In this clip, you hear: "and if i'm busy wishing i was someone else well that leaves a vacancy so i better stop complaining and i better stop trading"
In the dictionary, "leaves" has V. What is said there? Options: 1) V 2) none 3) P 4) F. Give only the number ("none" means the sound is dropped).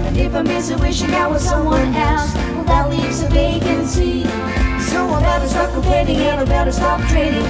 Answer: 1